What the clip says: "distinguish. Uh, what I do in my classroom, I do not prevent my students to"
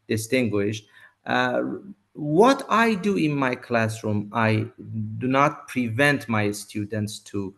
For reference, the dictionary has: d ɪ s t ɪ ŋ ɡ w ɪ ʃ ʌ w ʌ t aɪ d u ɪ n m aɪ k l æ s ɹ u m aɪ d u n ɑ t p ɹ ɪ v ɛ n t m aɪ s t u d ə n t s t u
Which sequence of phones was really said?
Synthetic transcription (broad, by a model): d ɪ s t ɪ ŋ ɡ w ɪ ʃ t w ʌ t aɪ d u ɪ n m aɪ k l æ s ɹ u m aɪ d u n ɑ t p ɹ ɪ v ɛ n t m aɪ s t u d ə n t s t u